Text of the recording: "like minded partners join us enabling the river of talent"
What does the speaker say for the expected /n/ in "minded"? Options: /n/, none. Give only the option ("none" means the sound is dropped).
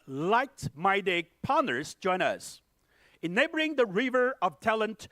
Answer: none